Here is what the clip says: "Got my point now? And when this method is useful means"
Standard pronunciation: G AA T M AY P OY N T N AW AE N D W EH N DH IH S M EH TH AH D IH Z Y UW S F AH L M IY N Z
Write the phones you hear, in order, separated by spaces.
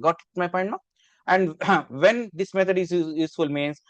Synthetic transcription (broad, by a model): G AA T M AY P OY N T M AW AE N D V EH N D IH S M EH T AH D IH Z Y UW S F AH L M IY N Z